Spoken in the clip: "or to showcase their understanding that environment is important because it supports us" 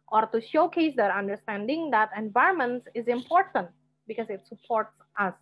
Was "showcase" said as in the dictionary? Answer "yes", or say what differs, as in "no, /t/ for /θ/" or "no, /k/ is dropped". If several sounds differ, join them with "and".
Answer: yes